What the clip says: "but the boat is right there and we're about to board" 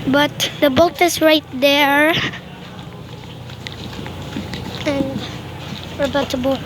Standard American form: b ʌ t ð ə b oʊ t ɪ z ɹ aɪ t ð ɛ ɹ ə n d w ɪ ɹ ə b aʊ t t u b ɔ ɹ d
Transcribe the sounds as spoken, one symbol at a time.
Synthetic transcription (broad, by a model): b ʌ t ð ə b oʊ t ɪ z ɹ aɪ t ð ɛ ɹ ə n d w ɪ ɹ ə b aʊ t t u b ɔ